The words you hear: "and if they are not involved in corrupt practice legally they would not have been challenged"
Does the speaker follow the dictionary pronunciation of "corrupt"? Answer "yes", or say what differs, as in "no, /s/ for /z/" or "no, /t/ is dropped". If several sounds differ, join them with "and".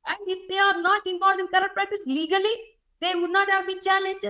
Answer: no, /p/ is dropped